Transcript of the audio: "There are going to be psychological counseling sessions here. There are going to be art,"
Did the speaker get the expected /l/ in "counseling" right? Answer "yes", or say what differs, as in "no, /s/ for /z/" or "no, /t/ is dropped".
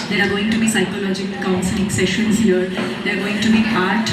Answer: no, /n/ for /l/